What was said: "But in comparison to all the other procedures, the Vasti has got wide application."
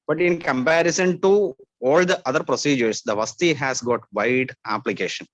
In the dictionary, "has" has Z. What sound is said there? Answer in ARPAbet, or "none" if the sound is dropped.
S